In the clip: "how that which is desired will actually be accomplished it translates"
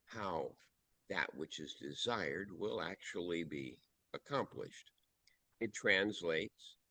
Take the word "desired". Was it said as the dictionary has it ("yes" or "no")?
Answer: yes